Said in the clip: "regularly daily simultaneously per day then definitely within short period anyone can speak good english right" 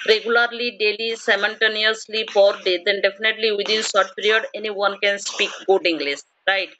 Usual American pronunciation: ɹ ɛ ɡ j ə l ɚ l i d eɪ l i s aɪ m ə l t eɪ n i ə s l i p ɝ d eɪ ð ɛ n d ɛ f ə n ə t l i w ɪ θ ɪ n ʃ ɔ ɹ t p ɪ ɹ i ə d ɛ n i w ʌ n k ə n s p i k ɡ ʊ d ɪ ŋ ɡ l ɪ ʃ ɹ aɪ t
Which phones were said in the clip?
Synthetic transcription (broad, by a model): ɹ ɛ ɡ j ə l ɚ l i d eɪ l i s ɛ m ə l t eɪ n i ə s l i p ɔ d eɪ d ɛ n d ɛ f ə n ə t l i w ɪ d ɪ n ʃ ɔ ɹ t p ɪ ɹ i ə d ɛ n i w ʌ n k ə n s p i k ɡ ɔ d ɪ ŋ ɡ l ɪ s ɹ aɪ t